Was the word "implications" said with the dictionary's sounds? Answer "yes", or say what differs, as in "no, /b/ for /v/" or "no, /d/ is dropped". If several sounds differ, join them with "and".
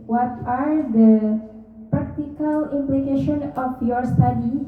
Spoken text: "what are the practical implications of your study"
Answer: no, /z/ is dropped